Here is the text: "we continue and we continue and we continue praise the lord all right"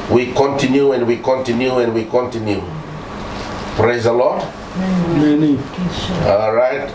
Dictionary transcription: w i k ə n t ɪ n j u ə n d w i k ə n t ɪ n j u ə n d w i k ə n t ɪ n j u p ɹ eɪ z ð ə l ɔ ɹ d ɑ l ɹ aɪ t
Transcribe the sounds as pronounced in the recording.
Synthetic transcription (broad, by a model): w i k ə n t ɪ n j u ə n d w i k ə n t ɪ n j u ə n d w i k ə n t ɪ n j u p ɹ eɪ z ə l ɔ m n ɑ l ɹ aɪ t